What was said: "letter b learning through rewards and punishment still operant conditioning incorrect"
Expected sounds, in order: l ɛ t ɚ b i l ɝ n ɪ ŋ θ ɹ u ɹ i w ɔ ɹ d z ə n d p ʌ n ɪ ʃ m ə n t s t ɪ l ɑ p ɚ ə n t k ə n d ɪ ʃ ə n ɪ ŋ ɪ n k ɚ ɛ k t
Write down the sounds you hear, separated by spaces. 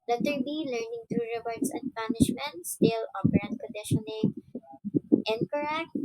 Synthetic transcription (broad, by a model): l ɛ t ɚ b i l ɝ n ɪ ŋ t ɹ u ɹ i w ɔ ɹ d s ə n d p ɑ n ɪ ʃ m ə n t s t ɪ l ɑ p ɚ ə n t k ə n d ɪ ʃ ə n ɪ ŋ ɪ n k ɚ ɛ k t